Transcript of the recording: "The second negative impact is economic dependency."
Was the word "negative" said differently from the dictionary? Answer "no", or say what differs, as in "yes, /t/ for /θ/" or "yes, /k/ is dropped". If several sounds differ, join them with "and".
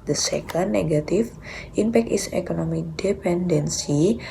yes, /f/ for /v/